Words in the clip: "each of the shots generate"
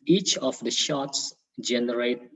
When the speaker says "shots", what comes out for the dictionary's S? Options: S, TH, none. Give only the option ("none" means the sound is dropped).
S